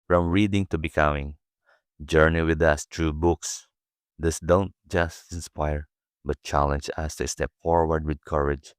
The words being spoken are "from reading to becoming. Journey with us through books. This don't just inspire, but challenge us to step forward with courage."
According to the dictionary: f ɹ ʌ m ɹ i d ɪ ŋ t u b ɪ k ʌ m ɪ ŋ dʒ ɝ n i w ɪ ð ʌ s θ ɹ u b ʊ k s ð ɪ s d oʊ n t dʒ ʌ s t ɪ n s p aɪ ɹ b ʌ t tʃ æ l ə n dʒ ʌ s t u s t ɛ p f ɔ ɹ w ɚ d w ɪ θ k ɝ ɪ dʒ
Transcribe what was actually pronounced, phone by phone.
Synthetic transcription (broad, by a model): f ɹ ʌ m ɹ i d ɪ ŋ t u b ɪ k ʌ m ɪ ŋ dʒ ɝ n i w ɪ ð ʌ s t ɹ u b ʊ k s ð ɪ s d oʊ n t dʒ ʌ s t ɪ n s p aɪ ɹ b ʌ t tʃ æ l ə n dʒ ʌ s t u s t ɛ p f ɔ ɹ w ɚ d w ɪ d k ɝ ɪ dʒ